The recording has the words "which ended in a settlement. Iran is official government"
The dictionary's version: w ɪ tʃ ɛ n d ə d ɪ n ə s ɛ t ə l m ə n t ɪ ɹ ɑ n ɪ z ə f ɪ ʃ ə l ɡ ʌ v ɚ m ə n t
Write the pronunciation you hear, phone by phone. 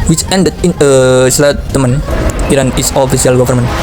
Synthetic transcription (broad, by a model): w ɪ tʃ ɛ n d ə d ɪ n ə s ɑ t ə m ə n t ɪ ɹ ɑ n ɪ s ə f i s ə l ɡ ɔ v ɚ m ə n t